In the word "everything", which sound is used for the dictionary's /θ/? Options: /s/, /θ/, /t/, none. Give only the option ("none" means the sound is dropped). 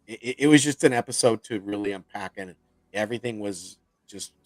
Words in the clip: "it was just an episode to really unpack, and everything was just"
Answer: /θ/